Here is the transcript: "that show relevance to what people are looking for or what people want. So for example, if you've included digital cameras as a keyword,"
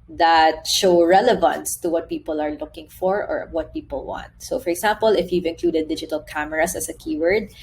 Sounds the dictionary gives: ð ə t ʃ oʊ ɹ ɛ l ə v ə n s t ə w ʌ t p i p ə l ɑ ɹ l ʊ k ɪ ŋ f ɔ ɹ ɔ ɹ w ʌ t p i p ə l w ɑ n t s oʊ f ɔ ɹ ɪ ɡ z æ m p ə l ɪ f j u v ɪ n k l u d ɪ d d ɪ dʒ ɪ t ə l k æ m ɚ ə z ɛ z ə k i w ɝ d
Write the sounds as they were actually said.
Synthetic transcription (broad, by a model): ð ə t ʃ oʊ ɹ ɛ l ə v ə n s t ə w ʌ t p i p ə l ɑ ɹ l ʊ k ɪ ŋ f ɔ ɹ ɔ ɹ w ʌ t p i p ə l w ɑ n t s oʊ f ɔ ɹ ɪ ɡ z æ m p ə l ɪ f j u v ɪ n k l u d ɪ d d ɪ dʒ ɪ t ə l k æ m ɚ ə s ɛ s ə k i w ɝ d